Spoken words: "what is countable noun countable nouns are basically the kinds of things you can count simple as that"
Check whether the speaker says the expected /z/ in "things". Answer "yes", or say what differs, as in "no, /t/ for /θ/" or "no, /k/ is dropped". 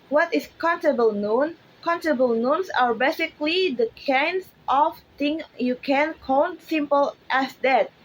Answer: no, /z/ is dropped